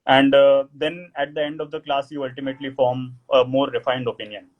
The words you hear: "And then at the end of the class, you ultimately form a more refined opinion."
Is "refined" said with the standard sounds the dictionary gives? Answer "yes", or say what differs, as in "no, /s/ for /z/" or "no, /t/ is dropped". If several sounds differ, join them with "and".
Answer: yes